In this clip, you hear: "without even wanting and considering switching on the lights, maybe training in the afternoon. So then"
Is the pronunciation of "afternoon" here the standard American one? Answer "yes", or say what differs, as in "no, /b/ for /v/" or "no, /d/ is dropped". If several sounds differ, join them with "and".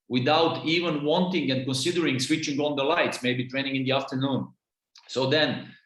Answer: yes